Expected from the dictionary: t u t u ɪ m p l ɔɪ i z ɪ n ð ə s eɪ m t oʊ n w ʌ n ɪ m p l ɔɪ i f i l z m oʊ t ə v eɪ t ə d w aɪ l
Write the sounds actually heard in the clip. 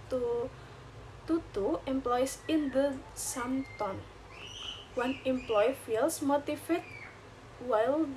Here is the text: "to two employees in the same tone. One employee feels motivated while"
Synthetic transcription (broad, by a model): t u t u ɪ m p l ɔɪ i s ɪ n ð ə s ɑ m t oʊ n w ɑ n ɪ m p l ɔɪ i f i l s m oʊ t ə f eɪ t w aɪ l